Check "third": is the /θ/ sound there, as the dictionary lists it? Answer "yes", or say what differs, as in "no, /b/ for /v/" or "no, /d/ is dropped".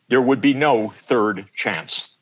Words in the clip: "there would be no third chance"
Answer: yes